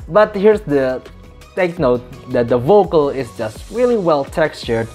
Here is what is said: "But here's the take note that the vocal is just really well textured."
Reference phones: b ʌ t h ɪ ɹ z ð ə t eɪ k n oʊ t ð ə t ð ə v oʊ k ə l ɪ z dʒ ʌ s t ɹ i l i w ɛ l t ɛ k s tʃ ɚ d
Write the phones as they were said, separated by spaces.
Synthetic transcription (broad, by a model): b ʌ t h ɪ ɹ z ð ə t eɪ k n oʊ t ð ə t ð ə v oʊ k ə l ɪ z dʒ ʌ s t ɹ i l i w ɛ l t ɛ k s tʃ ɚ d